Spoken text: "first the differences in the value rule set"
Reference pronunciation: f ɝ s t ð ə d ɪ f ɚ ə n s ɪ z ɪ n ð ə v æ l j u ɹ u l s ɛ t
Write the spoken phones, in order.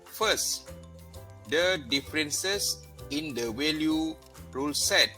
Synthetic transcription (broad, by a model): f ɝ s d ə d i f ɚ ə n s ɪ s ɪ n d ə w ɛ l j u ɹ u l s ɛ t